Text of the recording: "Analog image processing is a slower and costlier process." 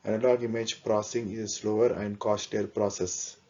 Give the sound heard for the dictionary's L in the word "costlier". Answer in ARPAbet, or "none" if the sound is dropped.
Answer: none